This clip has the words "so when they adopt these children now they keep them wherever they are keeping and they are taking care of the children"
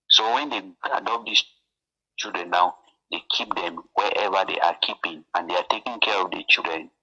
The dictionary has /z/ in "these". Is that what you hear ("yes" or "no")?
no